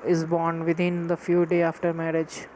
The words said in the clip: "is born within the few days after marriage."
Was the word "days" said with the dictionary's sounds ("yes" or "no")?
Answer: no